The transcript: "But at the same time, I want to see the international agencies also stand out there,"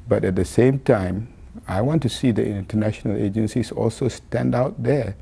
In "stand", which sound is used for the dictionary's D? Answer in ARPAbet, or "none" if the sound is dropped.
D